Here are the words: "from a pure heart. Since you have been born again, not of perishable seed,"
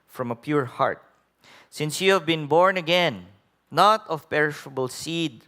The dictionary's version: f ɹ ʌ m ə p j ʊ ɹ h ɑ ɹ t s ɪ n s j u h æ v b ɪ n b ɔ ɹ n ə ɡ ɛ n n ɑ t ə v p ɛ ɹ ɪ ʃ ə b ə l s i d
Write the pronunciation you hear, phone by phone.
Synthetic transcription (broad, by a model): f ɹ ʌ m ə p j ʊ ɹ h ɑ ɹ t s ɪ n s j u h æ v b ɪ n b ɔ ɹ n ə ɡ ɛ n n ɑ t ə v p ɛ ɹ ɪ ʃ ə b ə l s i d